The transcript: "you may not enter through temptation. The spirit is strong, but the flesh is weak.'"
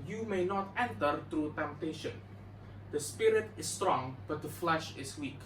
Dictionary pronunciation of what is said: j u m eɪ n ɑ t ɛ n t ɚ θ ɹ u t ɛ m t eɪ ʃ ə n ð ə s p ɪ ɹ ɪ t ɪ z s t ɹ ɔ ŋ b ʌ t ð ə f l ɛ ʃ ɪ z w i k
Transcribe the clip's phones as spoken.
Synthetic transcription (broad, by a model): j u m eɪ n ɑ t ɛ n t ɚ t ɹ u t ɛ m t eɪ ʃ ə n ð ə s p ɪ ɹ ɪ t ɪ s t ɹ ɔ ŋ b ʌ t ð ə f l ɛ ʃ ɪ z w i k